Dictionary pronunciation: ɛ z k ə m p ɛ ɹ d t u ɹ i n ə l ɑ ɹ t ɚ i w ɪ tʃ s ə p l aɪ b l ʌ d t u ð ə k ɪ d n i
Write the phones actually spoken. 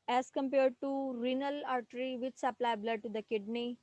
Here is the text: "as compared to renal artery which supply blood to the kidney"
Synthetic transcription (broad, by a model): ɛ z k ə m p ɛ ɹ d t u ɹ i n ə l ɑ ɹ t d i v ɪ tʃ s ə p l aɪ b l ʌ d t u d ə k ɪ d n i